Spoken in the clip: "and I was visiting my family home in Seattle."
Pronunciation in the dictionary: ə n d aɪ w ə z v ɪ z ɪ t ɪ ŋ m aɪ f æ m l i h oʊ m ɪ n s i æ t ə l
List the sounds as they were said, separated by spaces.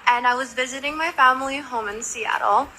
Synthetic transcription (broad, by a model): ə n aɪ w ə z v ɪ z ɪ t ɪ ŋ m aɪ f æ m l i h oʊ m ɪ n s i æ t l